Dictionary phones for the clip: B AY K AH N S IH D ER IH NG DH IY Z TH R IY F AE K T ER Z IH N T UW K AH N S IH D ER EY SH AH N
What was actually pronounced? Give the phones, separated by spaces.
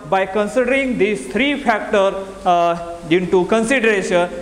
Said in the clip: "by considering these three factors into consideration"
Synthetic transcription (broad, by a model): B AY K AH N S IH D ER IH NG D IY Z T R IY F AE K T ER IH N T UW K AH N S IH D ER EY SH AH N